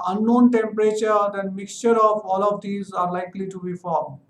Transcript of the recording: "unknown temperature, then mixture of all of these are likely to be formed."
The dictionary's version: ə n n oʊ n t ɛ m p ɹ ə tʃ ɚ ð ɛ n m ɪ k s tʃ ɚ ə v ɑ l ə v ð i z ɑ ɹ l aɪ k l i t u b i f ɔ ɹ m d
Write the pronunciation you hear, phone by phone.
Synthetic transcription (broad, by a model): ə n n oʊ n t ɛ m p ɹ ə tʃ ɚ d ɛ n m ɪ k s tʃ ɚ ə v ɑ l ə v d i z ɑ ɹ l aɪ k l i t u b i f ɔ ɹ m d